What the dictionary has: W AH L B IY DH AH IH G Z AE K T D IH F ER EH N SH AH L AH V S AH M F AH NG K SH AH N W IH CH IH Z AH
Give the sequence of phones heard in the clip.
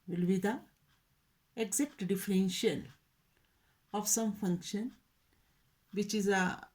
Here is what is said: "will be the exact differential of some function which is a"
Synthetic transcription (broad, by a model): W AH L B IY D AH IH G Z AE K T D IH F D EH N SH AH N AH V S AH M F AH NG K SH AH N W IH CH IH Z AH